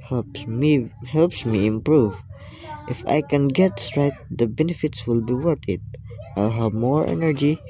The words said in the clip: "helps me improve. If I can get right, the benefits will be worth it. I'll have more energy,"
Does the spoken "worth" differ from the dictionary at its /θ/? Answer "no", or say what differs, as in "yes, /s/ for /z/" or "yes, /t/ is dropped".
yes, /t/ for /θ/